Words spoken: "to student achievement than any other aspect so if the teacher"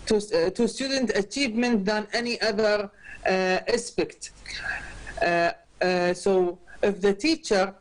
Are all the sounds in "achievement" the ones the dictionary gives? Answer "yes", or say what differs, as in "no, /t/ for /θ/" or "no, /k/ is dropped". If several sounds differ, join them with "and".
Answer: yes